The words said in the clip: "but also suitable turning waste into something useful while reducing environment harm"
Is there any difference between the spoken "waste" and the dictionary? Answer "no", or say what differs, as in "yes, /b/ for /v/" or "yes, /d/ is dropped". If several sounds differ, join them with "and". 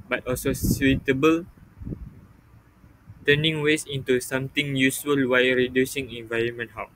yes, /t/ is dropped